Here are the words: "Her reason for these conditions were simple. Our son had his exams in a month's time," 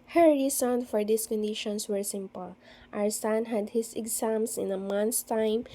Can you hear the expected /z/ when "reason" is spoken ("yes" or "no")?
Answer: no